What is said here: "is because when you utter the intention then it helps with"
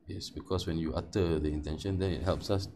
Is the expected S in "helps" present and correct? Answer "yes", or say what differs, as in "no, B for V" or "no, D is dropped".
yes